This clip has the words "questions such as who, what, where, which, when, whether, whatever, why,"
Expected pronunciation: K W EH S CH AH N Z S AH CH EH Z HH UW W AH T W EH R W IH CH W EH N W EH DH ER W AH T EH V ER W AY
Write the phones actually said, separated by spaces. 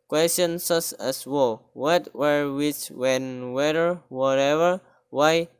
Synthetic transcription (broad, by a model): K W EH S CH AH N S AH S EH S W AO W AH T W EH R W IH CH W EH N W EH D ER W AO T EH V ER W AY